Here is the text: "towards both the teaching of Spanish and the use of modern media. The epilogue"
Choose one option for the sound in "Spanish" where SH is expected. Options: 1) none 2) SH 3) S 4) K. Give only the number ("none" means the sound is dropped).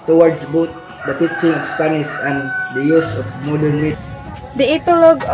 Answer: 3